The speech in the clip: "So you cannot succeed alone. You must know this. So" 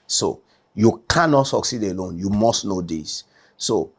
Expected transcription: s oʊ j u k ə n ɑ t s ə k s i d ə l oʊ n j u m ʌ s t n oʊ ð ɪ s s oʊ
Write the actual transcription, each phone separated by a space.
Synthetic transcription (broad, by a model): s oʊ j u k ə n ɑ t s ə k s i d ə l oʊ n j u m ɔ s t n oʊ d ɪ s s oʊ